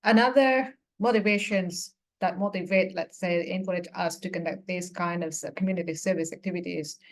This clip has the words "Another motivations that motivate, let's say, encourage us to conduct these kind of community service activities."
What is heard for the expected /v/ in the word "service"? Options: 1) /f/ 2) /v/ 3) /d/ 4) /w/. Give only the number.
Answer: 2